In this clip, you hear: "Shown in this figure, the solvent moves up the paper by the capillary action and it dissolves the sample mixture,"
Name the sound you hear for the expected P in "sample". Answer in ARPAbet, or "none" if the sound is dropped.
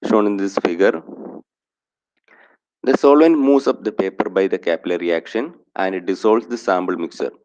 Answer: B